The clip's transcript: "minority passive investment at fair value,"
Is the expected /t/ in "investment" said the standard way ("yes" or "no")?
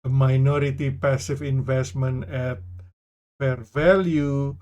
no